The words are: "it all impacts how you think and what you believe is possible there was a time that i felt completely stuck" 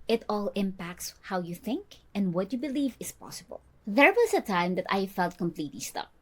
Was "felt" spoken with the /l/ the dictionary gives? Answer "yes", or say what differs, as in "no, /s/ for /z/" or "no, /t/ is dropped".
yes